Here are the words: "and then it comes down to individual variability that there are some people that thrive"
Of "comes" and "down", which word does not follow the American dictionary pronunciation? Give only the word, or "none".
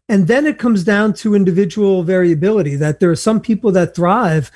none